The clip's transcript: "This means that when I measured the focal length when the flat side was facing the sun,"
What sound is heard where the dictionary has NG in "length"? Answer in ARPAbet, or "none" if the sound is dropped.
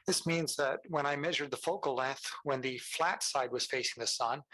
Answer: none